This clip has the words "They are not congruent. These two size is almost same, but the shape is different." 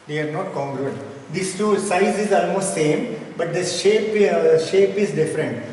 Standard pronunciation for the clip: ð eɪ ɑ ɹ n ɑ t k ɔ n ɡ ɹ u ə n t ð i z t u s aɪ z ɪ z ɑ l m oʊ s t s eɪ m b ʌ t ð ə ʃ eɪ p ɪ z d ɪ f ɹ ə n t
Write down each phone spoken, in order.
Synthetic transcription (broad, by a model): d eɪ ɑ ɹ n ɑ t k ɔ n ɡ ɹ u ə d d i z t u s aɪ z ɪ z ɑ l m oʊ s t s eɪ m b ʌ t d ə ʃ eɪ p ɪ z d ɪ f ɹ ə n t